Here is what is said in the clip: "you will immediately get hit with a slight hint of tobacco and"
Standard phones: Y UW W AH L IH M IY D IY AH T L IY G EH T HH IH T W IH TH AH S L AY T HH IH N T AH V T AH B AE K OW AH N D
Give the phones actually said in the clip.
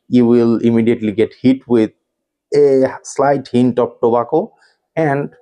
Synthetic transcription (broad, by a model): Y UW W AH L IH M IY D IY AH T L IY G EH T HH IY T W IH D AH S L AY T HH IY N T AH P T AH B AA K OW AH N D